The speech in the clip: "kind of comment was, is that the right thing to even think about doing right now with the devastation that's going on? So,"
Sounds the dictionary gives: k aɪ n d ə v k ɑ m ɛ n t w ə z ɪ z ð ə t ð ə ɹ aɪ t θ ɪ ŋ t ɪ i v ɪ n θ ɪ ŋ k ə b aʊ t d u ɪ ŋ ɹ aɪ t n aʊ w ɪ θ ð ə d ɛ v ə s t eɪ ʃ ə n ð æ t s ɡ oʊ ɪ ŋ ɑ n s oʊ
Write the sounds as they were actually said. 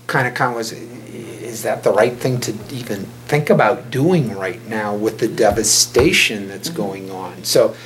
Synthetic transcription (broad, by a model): k aɪ n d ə k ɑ ɛ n w ə z ɪ z ð ə t ð ə ɹ aɪ t θ ɪ ŋ t ɪ i v ɪ n θ ɪ ŋ k ə b aʊ t d u ɪ ŋ ɹ aɪ t n aʊ w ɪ ð ə d ɛ v ə s t eɪ ʃ ə n ð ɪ t s ɡ oʊ ɪ ŋ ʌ n s oʊ